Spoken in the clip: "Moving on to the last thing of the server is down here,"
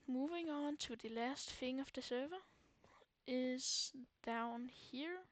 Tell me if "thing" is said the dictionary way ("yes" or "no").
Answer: no